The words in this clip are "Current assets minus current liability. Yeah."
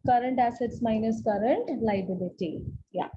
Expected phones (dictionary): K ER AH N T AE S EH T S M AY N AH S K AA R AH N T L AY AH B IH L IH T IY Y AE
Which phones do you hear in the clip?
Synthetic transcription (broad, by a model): K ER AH N T AE S EH T S M AY N AH S K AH R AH N T L AY AH B IH L IH T IY Y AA